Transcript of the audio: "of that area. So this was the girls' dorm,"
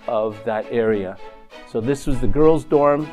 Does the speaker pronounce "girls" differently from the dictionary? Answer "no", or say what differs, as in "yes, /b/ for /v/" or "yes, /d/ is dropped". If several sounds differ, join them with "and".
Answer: no